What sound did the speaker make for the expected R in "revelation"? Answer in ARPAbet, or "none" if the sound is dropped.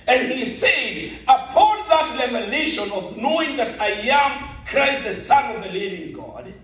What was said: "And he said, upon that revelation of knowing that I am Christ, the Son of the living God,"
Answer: L